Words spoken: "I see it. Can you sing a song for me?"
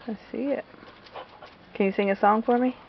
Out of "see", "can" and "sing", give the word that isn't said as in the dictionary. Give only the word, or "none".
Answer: none